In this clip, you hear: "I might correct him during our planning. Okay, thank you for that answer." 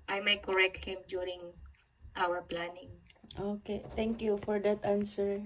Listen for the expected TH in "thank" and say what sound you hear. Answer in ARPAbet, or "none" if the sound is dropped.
T